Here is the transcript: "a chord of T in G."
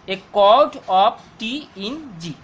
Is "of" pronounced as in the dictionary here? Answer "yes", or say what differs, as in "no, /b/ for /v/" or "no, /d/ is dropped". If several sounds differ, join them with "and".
no, /p/ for /v/